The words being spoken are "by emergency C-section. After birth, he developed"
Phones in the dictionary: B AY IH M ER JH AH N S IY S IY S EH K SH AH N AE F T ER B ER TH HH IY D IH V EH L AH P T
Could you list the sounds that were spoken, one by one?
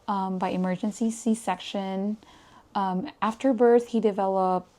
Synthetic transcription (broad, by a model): B AY IH M ER JH AH N S IY S IY S EH K SH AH N AE F T ER B ER TH HH IY D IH V EH L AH P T